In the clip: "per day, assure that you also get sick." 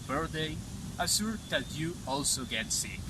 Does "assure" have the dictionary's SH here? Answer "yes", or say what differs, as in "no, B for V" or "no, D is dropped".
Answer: no, S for SH